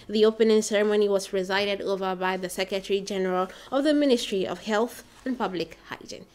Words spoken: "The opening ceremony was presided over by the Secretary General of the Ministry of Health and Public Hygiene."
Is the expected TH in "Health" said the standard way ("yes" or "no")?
yes